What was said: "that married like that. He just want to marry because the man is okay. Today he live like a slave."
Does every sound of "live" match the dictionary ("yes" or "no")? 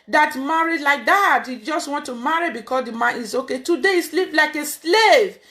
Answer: no